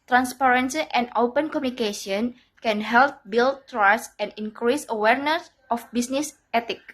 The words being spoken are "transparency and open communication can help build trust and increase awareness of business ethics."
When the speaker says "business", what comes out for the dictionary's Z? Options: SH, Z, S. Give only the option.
S